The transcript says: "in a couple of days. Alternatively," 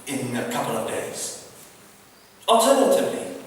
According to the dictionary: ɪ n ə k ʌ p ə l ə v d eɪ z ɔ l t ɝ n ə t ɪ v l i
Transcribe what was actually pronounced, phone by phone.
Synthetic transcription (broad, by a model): ɪ n ə k ʌ p ə l ə v d eɪ z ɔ l t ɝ n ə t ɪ v l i